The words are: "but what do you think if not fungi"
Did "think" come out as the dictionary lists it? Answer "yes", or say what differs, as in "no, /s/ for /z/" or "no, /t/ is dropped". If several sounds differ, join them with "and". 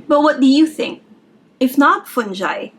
yes